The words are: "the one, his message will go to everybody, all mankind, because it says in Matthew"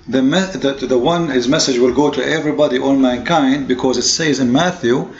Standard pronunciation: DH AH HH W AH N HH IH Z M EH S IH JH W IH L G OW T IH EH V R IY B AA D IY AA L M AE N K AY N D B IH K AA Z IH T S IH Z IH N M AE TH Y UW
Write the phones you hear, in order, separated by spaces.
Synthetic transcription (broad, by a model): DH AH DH W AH N HH IH Z M EH S IH JH W IH L G OW T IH EH V R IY B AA D IY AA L M AE N K AY N D B IH K AA Z IH T S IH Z IH N M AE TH Y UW